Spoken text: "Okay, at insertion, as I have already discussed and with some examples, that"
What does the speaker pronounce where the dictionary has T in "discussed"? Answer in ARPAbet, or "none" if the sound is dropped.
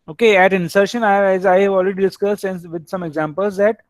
T